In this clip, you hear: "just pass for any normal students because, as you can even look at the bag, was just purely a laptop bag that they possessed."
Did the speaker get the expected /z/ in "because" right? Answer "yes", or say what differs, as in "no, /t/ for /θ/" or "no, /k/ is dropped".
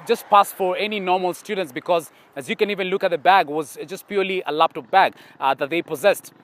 yes